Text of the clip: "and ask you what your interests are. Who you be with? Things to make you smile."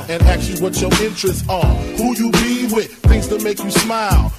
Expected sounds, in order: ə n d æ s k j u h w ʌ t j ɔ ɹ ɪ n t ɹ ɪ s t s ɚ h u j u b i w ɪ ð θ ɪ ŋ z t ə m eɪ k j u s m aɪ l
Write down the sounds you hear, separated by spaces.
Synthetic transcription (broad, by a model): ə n æ k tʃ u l w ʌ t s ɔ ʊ ɪ n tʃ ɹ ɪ s t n h u j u b i w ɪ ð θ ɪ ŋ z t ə m eɪ k j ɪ s m aɪ l